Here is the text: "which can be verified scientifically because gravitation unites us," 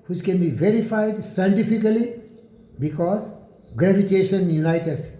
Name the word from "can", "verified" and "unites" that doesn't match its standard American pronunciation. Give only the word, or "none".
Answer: unites